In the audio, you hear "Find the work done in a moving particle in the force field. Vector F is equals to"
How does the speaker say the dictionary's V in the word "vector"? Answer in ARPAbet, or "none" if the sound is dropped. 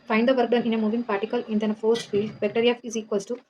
B